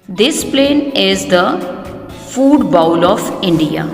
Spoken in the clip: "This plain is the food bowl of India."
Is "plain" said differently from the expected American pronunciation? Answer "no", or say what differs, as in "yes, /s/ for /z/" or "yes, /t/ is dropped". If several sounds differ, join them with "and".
no